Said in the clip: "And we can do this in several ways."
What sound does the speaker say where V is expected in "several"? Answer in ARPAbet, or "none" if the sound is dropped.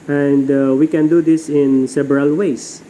B